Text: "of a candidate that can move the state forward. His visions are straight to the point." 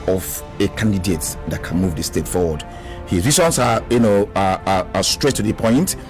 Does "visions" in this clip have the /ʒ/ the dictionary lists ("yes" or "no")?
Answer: no